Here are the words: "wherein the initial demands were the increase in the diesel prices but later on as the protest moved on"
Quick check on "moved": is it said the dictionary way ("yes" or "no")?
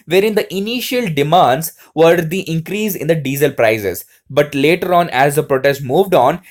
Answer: yes